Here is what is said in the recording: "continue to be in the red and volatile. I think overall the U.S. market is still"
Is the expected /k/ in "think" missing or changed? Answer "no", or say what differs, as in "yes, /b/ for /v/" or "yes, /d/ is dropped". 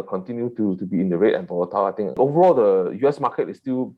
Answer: yes, /k/ is dropped